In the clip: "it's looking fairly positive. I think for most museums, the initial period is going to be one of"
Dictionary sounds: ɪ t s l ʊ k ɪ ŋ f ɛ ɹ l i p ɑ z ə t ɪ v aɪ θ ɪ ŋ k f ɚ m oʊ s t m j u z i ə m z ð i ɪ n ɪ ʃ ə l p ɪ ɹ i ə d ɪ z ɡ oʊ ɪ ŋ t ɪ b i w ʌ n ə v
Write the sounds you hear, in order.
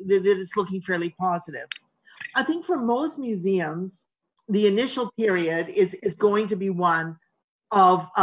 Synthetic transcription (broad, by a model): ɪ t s l ʊ k ɪ ŋ f ɛ ɹ l i p ɑ z ə t ɪ v aɪ θ ɪ ŋ k f ɚ m oʊ s t m j u z i ə m z ð i ɪ n ɪ ʃ l p ɪ ɹ i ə d ɪ z ɡ oʊ ɪ ŋ t ɪ b i w ʌ n ə v